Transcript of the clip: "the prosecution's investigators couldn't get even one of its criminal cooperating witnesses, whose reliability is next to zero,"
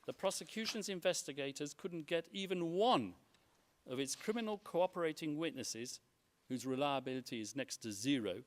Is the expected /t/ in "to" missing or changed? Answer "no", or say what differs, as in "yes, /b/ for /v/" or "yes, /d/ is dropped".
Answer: no